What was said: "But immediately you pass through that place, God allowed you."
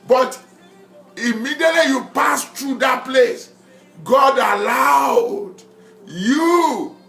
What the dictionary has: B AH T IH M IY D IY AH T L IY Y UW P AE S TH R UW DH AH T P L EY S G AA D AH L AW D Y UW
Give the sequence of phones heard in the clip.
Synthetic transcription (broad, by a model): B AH T IH M IY D IY AH T L IY Y UW P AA S T R UW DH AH T P L EY S G AA D AH L AW D Y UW